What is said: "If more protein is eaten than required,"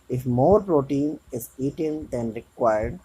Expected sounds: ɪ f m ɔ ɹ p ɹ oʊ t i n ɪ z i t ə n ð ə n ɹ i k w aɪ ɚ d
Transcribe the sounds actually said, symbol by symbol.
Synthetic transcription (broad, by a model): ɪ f m ɔ ɹ p ɹ oʊ t i n ɪ z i t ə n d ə n ɹ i k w aɪ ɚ d